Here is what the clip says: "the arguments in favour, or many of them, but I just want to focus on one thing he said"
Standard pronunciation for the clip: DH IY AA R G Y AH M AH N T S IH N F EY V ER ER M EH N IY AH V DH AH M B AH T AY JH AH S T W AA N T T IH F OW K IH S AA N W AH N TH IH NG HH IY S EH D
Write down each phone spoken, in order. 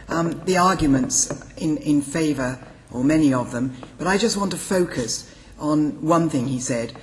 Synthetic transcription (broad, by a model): DH IY AA R G Y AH M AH N T S IH N F EY V ER ER M EH N IY AH V DH AH M B AH T AY JH AH S T W AA N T T IH F OW K IH S N W AH N TH IH NG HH IY S EH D